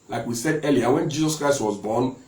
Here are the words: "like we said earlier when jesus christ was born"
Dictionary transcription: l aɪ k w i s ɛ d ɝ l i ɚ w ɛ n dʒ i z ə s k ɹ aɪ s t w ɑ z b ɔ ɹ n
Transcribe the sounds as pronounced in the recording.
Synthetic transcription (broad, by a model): l aɪ k w i s ɛ d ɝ l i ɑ w ɛ n dʒ i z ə s k ɹ aɪ s t w ɑ z b ɔ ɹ n